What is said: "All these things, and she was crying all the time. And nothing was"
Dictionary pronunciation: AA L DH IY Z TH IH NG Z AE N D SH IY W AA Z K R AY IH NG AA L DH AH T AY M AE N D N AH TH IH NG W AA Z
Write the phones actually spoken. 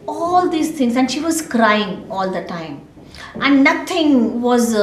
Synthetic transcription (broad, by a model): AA L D IY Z T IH NG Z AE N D SH IY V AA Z K R AY IH NG AA L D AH T AY M AE N D N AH T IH NG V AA Z